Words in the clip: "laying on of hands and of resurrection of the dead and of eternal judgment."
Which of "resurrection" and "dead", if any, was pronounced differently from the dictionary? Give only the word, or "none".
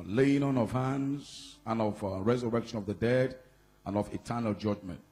none